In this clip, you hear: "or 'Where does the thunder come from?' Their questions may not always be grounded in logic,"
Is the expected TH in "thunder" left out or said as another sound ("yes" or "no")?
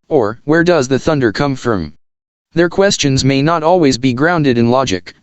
no